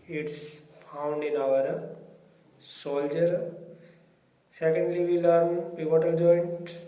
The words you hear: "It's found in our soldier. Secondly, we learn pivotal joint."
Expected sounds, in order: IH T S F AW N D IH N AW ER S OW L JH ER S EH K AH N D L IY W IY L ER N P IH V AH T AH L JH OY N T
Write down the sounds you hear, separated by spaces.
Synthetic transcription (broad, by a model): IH T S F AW N D IH N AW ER S OW L JH ER S EH K AH N D L IY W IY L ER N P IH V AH T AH L JH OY N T